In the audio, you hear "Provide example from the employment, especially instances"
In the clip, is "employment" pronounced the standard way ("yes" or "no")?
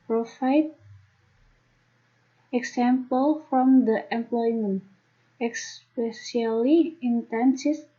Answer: yes